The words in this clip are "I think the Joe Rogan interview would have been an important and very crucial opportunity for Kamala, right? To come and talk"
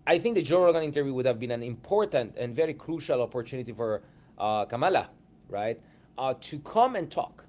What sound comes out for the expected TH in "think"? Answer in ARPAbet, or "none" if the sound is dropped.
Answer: TH